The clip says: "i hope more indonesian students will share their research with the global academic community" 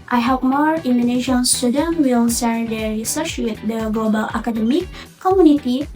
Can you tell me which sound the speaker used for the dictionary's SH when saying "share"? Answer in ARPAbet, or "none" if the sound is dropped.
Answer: S